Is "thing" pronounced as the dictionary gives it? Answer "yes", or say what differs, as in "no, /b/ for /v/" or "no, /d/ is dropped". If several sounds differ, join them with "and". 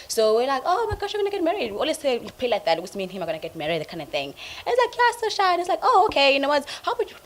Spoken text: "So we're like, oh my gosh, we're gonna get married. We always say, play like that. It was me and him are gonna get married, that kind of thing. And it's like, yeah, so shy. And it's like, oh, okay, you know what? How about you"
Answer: yes